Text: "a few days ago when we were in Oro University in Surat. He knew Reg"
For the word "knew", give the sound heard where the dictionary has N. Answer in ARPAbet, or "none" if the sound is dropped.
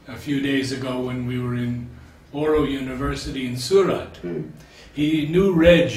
N